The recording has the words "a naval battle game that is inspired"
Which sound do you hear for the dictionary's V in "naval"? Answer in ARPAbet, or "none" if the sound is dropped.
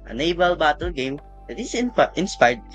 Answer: B